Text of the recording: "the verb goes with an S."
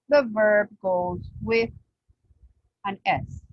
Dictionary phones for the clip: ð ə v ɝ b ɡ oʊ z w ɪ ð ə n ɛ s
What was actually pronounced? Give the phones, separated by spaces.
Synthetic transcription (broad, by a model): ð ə v ɝ b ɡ oʊ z w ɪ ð ə n ɛ s